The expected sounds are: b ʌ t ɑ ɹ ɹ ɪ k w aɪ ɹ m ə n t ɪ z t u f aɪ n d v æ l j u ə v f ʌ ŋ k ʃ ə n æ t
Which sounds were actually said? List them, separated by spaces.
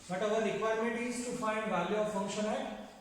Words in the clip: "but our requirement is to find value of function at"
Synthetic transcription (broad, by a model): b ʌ t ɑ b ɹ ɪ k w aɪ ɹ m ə t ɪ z t u f aɪ n d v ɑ l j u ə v f ʌ ŋ k ʃ ə n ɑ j